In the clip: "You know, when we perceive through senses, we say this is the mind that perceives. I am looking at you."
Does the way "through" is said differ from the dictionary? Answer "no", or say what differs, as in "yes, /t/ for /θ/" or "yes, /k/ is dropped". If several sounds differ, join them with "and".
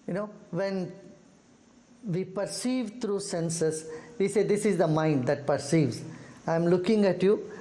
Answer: yes, /t/ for /θ/